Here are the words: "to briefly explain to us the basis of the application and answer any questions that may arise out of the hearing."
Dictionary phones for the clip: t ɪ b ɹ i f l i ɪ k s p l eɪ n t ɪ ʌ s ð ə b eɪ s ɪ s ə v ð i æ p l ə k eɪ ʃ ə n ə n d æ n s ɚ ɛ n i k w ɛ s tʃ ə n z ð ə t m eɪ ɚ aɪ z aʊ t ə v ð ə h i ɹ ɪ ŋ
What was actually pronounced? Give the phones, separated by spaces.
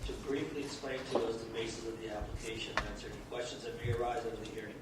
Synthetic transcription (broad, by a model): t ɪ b ɹ i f l i ɪ k s p l eɪ n t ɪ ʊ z ð ə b eɪ s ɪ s ə v ð i æ p l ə k eɪ ə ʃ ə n æ n s ɚ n k w ɛ s tʃ ə n z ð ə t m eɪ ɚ aɪ z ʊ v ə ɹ ð ə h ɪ ɹ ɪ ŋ